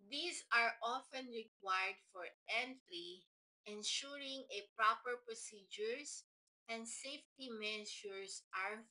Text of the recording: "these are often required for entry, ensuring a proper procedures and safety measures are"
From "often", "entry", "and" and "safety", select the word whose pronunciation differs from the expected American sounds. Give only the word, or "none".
entry